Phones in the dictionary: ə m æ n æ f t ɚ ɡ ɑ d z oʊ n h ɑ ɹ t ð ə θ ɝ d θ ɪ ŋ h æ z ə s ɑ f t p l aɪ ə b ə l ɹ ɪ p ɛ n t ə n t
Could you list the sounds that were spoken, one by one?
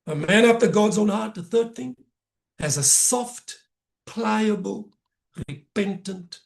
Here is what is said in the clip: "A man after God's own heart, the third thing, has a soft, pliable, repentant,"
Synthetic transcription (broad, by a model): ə m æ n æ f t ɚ ɡ ɑ d z oʊ n h ɑ ɹ t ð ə θ ɝ d θ ɪ ŋ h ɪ z ə s ɑ f t p l aɪ ə b ə l ɹ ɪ p ɛ n t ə n t